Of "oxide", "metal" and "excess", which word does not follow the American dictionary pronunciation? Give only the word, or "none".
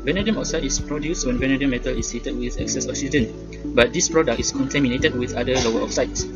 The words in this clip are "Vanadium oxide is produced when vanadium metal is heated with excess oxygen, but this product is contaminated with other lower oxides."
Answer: oxide